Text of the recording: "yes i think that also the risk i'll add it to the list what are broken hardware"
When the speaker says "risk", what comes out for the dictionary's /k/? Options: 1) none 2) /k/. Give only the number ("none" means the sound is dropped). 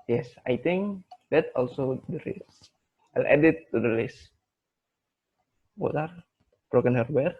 1